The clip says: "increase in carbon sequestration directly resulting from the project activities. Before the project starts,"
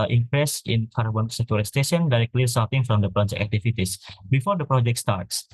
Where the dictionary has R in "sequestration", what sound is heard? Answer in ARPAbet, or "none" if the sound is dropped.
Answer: none